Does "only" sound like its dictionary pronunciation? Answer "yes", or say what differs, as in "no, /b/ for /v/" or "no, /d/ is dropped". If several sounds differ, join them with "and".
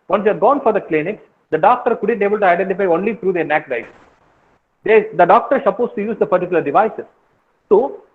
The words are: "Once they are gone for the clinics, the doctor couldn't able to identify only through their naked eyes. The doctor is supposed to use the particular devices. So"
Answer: yes